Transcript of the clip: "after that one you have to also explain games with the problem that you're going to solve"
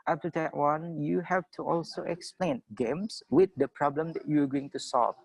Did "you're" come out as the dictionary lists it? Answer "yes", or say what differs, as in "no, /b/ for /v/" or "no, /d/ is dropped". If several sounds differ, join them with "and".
no, /w/ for /ɹ/